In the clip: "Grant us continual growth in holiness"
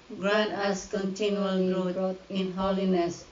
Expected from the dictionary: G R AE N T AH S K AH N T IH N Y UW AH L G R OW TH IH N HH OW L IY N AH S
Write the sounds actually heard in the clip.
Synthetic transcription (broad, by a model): G R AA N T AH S K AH N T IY N Y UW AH L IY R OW T IH N HH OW L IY N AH S